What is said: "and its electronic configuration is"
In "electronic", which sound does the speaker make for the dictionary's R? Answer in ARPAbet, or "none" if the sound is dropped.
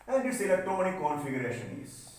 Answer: none